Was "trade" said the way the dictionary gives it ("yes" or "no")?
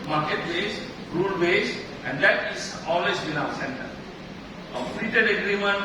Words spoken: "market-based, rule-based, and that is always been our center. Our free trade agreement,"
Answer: no